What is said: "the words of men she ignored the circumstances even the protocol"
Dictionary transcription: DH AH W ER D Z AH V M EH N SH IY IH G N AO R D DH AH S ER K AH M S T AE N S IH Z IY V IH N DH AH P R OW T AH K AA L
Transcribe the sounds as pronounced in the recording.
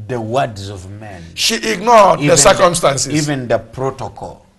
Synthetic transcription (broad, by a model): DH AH W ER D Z AH V M EH N SH IY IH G N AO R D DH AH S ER K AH M S T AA N S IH IY V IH N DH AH P R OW T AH K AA L